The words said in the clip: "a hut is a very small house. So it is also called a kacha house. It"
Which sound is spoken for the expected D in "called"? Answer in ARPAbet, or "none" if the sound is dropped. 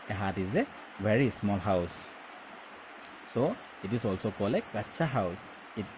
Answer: none